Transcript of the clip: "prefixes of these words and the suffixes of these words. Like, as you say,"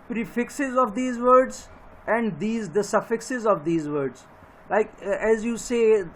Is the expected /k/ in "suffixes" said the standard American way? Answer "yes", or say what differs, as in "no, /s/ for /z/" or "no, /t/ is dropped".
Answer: yes